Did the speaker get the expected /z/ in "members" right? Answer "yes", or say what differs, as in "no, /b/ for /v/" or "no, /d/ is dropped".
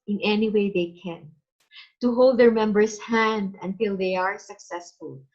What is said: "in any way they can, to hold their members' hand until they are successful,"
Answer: no, /s/ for /z/